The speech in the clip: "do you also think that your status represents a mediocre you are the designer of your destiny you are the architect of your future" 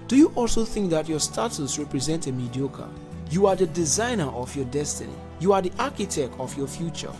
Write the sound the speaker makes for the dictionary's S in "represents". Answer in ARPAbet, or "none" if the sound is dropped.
none